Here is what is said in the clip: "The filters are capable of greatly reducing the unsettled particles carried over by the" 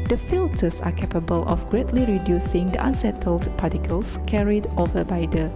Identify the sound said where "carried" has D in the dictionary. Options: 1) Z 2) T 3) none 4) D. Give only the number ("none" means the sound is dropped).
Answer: 4